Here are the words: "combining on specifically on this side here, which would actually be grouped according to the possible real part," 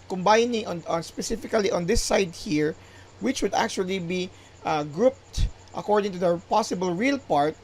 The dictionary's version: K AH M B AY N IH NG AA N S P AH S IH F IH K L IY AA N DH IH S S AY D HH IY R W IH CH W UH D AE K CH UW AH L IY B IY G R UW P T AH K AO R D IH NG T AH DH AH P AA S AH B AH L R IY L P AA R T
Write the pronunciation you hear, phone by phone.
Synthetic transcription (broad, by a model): K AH M B AY N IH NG AA N S P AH S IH F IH K L IY AA N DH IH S S AY D HH IY R W IH CH W UH D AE K CH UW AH L IY B IY G R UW P T AH K AO R D IH NG T AH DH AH P AA S AH B AH L R IY L P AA R T